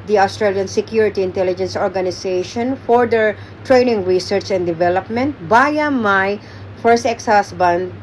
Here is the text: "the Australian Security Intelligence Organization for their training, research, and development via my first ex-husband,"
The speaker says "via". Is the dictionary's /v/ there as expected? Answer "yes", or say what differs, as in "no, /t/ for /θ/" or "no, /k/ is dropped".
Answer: no, /b/ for /v/